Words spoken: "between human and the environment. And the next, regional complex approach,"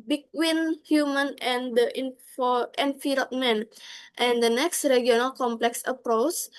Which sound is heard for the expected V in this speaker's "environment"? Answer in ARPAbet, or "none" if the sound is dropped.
F